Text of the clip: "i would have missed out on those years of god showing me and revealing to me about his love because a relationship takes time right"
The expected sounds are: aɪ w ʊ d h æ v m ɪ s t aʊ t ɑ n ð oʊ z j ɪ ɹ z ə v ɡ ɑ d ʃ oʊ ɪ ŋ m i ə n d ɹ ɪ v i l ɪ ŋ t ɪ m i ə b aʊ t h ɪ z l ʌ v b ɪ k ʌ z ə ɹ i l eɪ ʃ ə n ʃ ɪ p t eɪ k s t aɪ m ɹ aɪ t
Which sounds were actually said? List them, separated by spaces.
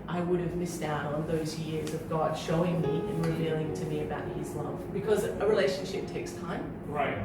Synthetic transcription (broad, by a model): aɪ w ʊ d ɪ v m ɪ s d aʊ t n ð oʊ z j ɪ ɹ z ə v ɡ ɑ d ʃ oʊ ɪ ŋ m i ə n ɹ ɪ v i l ɪ ŋ t ɪ m i ə b aʊ t h ɪ z l ʌ v b ɪ k ʌ z ə ɹ i l eɪ ʃ ə n ʃ ɪ p t eɪ k s t aɪ m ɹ aɪ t